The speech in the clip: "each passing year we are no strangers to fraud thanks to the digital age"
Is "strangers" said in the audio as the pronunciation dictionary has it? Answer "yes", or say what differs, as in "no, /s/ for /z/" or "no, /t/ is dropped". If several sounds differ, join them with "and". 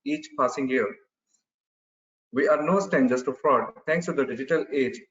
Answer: no, /ɹ/ is dropped